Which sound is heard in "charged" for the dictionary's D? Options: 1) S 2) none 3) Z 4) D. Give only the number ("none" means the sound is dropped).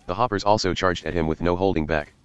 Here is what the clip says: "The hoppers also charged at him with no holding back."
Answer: 4